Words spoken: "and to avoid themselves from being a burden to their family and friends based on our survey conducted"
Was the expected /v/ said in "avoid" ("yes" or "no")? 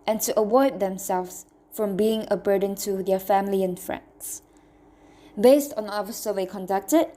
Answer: no